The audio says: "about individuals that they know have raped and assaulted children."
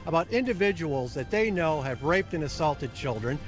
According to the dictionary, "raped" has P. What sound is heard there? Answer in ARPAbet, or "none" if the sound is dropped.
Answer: P